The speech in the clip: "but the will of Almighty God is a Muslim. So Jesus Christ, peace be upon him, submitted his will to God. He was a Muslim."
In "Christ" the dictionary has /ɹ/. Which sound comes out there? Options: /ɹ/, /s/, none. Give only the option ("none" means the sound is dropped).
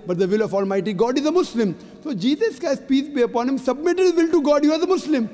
none